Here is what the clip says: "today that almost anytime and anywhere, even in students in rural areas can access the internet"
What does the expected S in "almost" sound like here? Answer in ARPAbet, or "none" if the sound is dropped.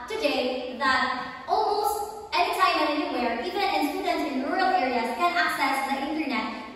none